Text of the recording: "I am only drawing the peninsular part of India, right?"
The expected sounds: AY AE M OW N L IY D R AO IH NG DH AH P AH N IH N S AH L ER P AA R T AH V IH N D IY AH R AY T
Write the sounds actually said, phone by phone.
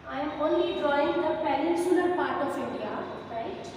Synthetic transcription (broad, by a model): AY M OW N L IY D R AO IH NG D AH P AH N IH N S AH ER P AA R T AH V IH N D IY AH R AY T